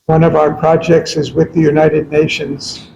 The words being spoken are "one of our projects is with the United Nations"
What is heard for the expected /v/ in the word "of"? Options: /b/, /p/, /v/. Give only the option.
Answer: /v/